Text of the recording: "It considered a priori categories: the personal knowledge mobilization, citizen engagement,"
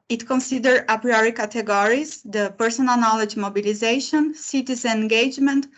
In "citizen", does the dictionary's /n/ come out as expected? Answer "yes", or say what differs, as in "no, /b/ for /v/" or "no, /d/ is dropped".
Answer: no, /n/ is dropped